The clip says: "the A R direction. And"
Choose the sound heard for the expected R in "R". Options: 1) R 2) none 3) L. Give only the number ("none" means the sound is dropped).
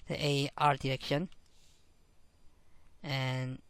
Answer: 1